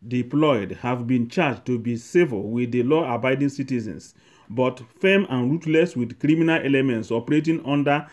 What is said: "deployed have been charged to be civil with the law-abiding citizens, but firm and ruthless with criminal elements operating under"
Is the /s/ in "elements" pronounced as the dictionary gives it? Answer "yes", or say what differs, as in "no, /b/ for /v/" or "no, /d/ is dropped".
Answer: yes